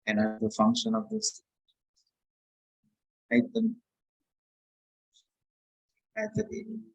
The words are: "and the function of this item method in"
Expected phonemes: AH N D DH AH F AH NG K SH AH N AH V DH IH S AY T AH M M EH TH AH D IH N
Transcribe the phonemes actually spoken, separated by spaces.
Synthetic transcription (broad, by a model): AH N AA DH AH F AH NG K SH AH N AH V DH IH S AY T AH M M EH S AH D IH